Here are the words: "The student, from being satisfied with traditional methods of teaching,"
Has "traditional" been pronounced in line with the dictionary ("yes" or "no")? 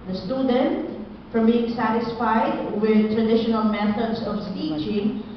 yes